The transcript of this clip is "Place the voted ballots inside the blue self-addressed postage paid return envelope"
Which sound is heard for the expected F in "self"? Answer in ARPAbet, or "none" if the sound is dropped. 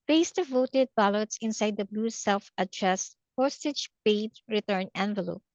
F